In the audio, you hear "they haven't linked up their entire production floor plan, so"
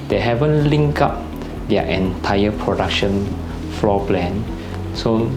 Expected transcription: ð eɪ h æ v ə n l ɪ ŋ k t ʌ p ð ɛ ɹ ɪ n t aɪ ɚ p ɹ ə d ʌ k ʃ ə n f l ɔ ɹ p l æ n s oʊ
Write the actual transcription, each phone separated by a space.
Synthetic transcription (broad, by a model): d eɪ h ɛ v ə n l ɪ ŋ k ɑ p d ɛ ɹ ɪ n t aɪ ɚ p ɹ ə d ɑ k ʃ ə n f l ɔ p l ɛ n s oʊ